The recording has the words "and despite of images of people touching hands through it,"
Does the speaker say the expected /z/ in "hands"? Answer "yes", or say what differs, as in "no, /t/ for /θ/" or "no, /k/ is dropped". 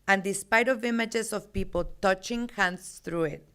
no, /s/ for /z/